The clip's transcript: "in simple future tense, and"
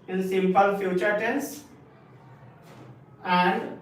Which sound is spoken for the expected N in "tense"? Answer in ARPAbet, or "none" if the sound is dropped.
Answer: N